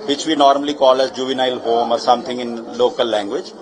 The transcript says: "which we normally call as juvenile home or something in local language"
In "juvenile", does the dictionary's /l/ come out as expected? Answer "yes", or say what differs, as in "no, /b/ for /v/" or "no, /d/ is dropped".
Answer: yes